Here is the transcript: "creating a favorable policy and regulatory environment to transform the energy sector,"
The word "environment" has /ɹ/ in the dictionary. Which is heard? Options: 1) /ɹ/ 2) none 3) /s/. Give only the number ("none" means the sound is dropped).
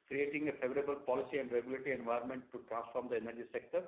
2